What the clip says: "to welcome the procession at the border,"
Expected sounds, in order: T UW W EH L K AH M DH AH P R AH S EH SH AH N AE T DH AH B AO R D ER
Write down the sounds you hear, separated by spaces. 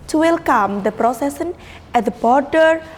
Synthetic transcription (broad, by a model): T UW W EH L K AH M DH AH P R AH S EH S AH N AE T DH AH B AO R D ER